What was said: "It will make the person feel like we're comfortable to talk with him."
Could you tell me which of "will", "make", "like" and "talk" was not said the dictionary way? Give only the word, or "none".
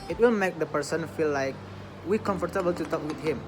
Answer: none